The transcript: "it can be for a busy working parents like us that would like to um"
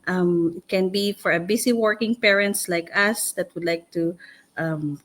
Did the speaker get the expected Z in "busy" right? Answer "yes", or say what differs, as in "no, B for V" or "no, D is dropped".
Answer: no, S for Z